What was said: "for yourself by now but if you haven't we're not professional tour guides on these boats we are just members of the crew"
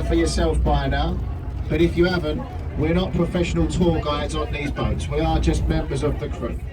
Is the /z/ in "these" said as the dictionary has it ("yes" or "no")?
yes